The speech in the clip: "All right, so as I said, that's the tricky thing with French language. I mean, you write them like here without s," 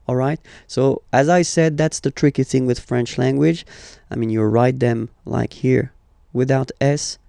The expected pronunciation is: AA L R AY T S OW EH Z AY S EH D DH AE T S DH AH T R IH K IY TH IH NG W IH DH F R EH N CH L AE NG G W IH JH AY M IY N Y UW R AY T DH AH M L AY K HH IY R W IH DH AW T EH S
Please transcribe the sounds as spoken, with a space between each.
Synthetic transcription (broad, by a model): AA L R AY T S OW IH Z AY S EH D DH AE T S DH AH T R IH K IY TH IH NG W IH DH F R EH N CH L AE NG G W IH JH AY M IY N Y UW R AY T DH AH M L AY K HH IY R W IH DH AW T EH S